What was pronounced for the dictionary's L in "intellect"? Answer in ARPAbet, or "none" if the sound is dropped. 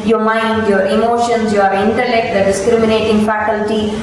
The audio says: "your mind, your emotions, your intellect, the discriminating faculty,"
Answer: L